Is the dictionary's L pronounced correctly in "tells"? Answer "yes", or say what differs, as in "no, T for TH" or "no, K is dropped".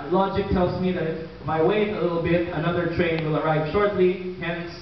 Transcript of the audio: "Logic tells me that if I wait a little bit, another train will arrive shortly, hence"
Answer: yes